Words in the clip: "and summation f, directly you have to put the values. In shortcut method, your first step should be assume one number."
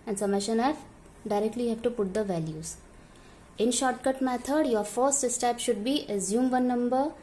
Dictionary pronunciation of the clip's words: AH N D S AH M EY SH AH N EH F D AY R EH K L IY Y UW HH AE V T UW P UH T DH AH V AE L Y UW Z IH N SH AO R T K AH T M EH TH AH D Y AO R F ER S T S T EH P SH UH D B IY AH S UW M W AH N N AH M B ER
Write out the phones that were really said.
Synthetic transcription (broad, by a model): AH N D S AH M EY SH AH N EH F D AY R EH K L IY HH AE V T UW P UH T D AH V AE L Y UW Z IH N SH AO R T K AH T M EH T AH D Y AO R F ER S T S T EH P SH UH D B IY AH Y UW M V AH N N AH M B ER